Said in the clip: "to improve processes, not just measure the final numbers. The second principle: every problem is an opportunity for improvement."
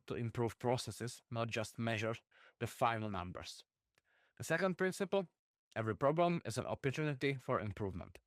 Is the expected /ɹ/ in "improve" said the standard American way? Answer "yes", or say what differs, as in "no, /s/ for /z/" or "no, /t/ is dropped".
yes